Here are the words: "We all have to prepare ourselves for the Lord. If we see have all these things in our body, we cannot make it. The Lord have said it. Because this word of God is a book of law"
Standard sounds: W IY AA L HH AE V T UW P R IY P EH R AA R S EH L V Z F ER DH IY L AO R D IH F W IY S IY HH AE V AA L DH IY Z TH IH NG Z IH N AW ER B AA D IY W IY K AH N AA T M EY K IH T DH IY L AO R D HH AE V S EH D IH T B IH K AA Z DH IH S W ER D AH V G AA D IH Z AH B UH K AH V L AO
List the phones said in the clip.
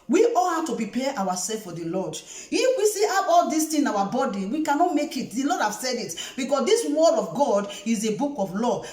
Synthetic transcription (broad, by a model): W IY AA L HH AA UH T UW P R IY P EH W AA S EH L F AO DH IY L AO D IH F W IY S IY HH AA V AA L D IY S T IH N AW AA B AA D IY W IY K AH N AA T M EY K IH T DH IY L AO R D HH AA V S EH D IH T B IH K AA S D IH S W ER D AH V G AA D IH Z AH B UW K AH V L AO